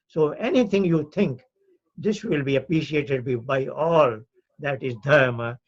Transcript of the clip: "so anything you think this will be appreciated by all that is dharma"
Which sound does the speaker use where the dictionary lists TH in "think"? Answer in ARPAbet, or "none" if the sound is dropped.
T